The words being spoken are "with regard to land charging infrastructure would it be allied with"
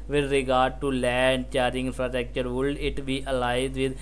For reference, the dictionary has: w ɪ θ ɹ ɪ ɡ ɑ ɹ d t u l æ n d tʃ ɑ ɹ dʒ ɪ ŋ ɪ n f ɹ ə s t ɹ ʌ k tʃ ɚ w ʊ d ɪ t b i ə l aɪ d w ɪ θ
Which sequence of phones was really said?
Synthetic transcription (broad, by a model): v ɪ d ɹ ɪ ɡ ɑ ɹ d t u l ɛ n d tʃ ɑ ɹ ɪ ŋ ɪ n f ɹ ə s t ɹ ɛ k tʃ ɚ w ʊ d ɪ t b i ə l aɪ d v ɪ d